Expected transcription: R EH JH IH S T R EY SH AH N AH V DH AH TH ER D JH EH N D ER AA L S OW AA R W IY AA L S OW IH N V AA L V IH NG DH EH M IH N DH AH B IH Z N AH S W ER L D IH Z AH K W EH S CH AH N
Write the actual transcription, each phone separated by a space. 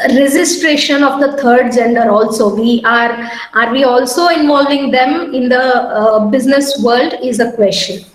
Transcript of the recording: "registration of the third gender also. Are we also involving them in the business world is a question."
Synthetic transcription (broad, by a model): R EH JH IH S T R EY SH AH N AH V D AH T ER D JH EH N D ER AA L S OW AA R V IY AA L S OW IH N V AA L V IH NG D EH M IH N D AH B IH Z N AH S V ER L D IH Z AH K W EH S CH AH N